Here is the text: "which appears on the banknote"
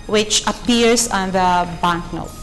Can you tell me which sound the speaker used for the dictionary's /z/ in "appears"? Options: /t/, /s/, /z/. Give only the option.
/s/